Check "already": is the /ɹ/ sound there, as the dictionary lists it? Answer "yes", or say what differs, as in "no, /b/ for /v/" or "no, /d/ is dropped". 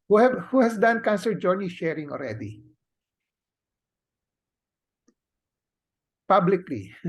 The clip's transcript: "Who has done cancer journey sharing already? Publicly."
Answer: no, /l/ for /ɹ/